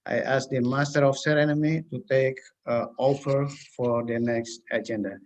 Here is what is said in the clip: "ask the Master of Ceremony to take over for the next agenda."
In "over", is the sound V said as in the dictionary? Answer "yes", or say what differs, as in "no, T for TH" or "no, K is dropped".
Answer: no, P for V